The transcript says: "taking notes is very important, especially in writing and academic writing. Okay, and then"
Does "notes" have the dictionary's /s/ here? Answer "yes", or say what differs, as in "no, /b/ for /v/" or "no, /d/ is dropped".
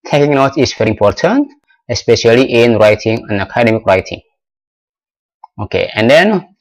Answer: no, /s/ is dropped